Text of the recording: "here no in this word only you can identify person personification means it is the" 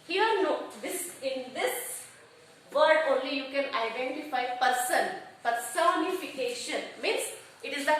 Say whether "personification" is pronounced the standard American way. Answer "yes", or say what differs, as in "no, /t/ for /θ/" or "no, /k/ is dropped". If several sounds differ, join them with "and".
no, /f/ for /p/